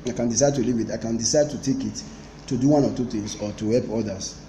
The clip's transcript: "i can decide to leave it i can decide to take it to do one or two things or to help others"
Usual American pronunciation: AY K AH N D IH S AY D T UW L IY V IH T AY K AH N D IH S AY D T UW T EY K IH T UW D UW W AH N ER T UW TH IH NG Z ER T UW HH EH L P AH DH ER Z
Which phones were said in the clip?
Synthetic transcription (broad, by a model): AY K AH N D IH S AY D T UW L IY V IH T AY K AH N D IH S AY D T UW T EY K IH T UW D UW W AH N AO T UW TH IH NG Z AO T UW HH EH L P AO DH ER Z